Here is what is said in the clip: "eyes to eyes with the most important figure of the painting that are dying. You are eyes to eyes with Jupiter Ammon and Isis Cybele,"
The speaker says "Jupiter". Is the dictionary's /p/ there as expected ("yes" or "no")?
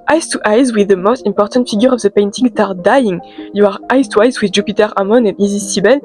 yes